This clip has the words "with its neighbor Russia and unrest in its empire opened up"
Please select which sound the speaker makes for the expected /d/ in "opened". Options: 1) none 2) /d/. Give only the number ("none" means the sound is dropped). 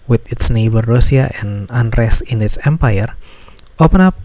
1